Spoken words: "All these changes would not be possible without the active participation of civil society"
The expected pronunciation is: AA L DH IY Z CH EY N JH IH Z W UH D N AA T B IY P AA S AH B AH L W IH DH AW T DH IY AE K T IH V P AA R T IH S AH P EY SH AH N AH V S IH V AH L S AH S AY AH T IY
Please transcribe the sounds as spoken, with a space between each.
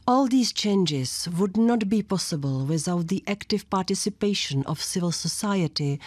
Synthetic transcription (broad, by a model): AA L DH IY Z CH EY N JH IH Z W UH D N AA T B IY P AA S AH B AH L W IH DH AW T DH IY AE K T IH V P AA R T IH S AH P EY SH AH N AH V S IH V AH L S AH S AY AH T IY